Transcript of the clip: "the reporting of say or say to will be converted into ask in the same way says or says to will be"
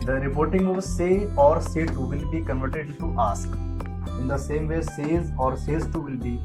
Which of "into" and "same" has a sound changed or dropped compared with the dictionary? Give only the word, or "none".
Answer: into